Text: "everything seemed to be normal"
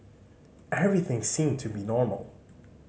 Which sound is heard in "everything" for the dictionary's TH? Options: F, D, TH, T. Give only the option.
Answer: TH